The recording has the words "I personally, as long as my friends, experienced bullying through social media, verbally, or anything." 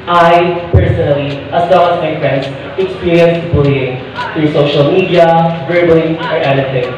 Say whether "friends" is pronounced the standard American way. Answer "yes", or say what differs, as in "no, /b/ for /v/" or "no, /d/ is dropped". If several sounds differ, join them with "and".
no, /s/ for /z/